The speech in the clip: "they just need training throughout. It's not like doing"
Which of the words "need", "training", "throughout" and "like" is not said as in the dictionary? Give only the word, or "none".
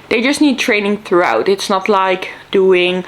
none